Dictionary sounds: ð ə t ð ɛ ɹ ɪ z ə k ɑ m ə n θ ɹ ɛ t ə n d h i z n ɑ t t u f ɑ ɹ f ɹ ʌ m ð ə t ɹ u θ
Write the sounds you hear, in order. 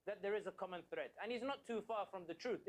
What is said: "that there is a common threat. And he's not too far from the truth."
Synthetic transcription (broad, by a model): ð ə t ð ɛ ɹ ɪ z ə k ɑ m ə n θ ɹ ɛ t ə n h i z n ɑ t t u f ɑ ɹ f ɹ ʌ m ð ə t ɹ u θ